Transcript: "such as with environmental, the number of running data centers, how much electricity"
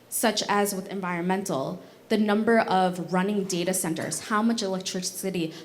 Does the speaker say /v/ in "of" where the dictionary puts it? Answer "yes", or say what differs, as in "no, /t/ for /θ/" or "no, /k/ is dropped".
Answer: yes